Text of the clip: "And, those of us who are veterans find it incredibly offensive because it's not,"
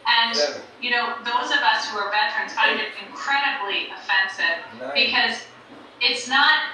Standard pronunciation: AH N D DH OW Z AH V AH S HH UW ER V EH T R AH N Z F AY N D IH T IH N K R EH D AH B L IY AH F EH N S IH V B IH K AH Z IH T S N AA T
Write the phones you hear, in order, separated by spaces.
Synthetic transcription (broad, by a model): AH N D DH OW Z AH V AH S HH UW ER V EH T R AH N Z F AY D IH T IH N K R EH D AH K L IY AH F EH N S IH V B IH K AH Z IH T S N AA T